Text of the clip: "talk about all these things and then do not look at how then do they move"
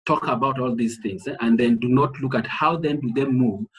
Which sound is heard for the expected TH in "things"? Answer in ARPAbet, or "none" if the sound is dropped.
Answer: TH